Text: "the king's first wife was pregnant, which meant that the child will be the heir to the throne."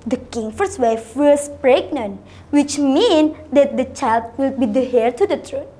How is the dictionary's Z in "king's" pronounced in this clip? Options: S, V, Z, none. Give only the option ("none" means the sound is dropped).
none